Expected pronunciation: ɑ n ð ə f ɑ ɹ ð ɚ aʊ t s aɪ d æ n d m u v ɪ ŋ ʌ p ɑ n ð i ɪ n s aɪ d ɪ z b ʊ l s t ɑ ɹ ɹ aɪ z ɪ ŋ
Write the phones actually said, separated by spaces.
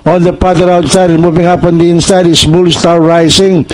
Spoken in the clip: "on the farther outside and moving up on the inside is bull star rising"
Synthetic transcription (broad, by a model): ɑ n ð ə p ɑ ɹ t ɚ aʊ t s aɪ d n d m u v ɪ ŋ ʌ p ɑ n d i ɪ n s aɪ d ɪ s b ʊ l s t ɑ ɹ ɹ aɪ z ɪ ŋ